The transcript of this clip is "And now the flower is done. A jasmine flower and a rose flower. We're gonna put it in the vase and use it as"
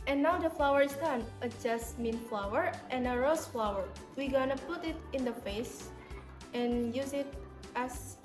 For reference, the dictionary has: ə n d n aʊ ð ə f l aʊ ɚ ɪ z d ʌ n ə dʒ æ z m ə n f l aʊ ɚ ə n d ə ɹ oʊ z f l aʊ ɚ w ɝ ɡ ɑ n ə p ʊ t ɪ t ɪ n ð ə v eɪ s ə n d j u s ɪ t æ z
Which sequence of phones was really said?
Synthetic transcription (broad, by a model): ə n n aʊ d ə f l aʊ ɚ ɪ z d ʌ n ə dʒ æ s m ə n f l aʊ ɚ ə n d ə ɹ oʊ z f l aʊ ɚ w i ɡ ɑ n ə p ʊ t ɪ t ɪ n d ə f eɪ s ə n j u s ɪ t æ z